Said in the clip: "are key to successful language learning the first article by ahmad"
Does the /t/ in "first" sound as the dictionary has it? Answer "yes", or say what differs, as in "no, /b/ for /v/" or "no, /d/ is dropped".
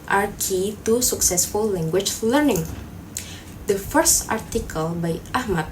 yes